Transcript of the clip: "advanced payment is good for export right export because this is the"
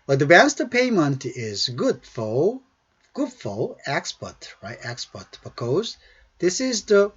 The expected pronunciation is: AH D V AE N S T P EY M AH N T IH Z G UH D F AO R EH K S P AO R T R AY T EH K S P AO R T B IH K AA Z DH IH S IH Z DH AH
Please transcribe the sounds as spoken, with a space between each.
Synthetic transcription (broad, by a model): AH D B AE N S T P EY M AH N T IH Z G UH D F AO L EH K S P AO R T R AY T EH K S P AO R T B IH K AA Z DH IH S IH Z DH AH